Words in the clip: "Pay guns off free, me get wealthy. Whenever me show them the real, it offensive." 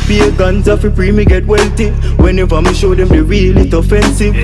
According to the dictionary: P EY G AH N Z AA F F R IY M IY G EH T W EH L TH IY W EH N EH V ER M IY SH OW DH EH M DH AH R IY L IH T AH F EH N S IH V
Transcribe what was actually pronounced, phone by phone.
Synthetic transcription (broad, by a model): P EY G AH N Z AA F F R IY M IY G EH T W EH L T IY W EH N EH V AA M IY SH OW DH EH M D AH R IY L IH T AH F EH N S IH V